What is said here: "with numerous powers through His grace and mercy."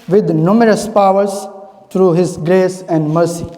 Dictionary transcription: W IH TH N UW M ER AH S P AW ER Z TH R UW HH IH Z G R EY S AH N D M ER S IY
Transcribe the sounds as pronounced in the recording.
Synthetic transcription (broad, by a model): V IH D N UW M ER AH S P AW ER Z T R UW HH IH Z G R EY S AH N D M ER S IY